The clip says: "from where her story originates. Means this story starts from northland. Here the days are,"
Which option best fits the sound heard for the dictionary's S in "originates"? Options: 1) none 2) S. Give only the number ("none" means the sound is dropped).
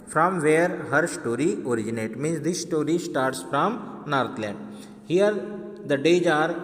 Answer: 1